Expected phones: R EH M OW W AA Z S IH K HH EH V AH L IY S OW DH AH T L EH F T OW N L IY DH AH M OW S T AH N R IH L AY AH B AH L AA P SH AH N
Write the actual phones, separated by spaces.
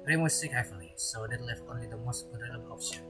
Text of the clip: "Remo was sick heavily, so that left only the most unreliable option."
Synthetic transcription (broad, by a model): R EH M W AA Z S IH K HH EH F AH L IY S OW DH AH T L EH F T OW N L IY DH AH M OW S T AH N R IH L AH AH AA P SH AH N